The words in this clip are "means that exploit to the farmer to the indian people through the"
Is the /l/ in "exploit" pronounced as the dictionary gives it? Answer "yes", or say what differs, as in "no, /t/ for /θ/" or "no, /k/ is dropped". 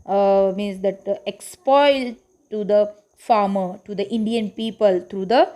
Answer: no, /l/ is dropped